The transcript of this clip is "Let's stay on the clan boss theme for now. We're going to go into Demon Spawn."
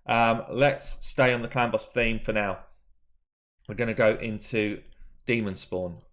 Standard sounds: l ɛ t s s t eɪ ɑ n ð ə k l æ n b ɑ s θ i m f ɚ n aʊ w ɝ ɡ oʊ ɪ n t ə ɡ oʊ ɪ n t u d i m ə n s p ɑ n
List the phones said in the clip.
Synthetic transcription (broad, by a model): l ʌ t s s t eɪ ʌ n ð ə k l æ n b ɑ s θ i m f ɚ n aʊ w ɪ ɡ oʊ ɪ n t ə ɡ oʊ ɪ n t u d i m ə n s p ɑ n